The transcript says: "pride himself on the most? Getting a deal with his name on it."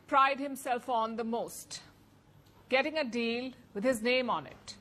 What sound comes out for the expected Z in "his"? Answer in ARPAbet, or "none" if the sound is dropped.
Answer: Z